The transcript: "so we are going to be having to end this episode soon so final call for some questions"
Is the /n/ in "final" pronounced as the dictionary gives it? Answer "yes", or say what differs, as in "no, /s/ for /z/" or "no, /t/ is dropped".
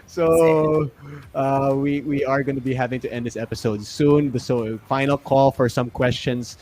yes